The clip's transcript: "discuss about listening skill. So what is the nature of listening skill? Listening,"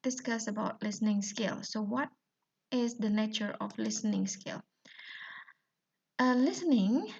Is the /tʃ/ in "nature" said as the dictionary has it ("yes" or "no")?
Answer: yes